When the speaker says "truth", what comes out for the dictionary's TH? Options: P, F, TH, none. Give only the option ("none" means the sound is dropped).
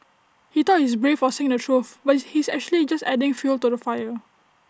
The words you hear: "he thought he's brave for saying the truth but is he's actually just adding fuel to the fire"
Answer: F